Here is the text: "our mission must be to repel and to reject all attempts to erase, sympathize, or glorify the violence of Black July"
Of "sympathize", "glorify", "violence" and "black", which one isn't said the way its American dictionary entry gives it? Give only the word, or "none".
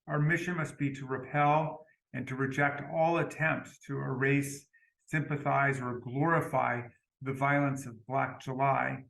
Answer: none